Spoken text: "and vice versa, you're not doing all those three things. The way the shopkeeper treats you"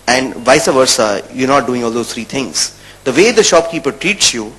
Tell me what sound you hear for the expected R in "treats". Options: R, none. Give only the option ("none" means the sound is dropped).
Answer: R